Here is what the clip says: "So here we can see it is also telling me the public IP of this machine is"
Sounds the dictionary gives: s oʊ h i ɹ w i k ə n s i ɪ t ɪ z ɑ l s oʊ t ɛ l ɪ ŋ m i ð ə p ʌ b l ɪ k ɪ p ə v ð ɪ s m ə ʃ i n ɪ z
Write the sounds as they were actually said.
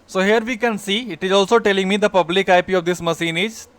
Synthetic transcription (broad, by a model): s oʊ h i ɹ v i k ə n s i ɪ t ɪ z ɑ l s oʊ t ɛ l ɪ ŋ m i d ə p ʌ b l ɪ k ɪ p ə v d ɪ s m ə s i n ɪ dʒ